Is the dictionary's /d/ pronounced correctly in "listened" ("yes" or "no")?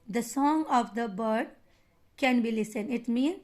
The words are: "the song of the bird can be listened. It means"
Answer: no